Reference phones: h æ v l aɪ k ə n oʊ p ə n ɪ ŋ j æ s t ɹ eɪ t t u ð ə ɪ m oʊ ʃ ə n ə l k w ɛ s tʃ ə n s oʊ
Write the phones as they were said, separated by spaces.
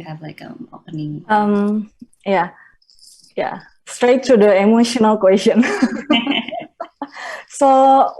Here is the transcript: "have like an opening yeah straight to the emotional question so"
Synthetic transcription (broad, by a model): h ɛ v l aɪ k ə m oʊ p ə n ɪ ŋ j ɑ s t ɹ eɪ t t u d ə ɪ m oʊ ʃ ə n ə l k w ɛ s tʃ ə n s oʊ